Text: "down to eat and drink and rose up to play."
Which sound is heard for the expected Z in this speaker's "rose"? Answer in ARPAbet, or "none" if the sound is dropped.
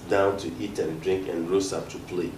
S